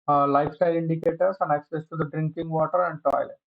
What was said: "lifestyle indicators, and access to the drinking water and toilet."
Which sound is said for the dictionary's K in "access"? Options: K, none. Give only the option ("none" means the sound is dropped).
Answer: K